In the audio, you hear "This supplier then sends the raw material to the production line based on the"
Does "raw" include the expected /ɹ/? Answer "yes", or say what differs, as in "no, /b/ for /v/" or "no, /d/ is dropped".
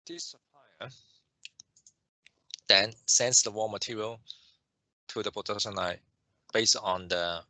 no, /w/ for /ɹ/